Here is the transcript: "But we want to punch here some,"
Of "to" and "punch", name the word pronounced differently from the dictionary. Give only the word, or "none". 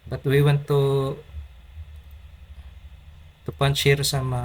none